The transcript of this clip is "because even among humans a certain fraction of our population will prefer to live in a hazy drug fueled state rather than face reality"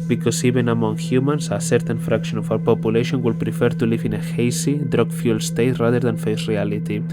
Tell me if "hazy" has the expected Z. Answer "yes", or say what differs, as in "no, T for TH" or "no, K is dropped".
no, S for Z